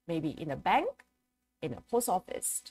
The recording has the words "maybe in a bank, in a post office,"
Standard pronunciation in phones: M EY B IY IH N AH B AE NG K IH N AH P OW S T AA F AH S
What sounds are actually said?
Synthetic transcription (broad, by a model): M EY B IY IH N AH B AE NG K IH N AH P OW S AA F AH S